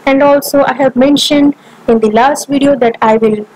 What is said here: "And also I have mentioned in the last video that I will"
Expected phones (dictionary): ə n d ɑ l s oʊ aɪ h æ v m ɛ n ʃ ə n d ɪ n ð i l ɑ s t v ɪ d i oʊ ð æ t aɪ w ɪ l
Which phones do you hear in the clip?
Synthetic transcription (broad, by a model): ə n d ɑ l s oʊ aɪ h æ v m ɛ n ʃ ə n d ɪ n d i l ɑ s t v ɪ d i oʊ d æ t aɪ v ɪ l